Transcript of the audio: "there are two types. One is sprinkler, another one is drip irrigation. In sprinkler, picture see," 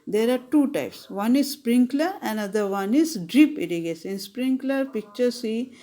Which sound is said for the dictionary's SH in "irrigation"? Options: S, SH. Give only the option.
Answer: S